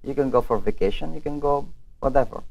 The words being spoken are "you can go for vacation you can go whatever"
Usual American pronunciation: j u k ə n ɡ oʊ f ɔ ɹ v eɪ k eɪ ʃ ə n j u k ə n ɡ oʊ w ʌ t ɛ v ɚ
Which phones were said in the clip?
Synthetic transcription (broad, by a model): j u k ə n ɡ oʊ f ɔ ɹ v eɪ k eɪ ʃ ə n j u k ə n ɡ oʊ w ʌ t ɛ v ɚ